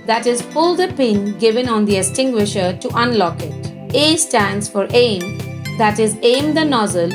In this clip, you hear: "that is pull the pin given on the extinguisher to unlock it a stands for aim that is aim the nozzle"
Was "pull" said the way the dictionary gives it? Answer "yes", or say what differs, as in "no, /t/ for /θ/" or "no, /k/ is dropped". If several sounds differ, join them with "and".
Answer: no, /f/ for /p/